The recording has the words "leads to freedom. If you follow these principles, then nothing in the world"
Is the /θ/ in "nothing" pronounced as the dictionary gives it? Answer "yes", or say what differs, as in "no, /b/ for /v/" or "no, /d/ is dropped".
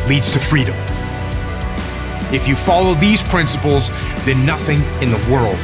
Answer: yes